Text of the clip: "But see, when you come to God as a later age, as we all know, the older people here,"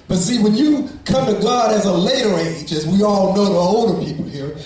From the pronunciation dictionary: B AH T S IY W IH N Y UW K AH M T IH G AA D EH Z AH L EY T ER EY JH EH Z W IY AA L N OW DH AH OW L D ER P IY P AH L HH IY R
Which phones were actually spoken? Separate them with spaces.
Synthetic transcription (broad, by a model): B AH T S IY W IH N Y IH K AH M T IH G AA D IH Z AH L EY T ER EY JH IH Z W IY AA L N OW DH AH OW L D ER P IY P L HH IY R